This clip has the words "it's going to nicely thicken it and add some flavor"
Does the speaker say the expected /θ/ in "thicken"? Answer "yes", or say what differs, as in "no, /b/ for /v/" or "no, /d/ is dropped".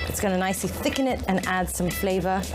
yes